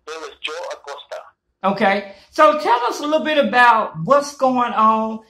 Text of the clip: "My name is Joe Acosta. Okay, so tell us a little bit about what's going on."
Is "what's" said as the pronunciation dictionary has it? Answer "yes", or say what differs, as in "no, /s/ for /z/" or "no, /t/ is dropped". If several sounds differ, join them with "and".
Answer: yes